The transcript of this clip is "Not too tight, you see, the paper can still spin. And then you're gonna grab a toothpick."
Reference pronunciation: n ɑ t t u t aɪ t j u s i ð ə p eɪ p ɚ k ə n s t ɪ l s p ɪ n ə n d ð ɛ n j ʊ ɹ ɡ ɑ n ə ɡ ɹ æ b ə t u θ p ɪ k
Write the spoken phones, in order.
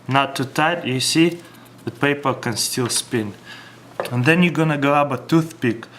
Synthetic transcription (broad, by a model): n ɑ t t u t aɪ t j u s i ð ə p eɪ p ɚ k ə n s t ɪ l s p ɪ n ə n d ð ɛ n j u ɡ ɑ n ə ɡ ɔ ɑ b ə t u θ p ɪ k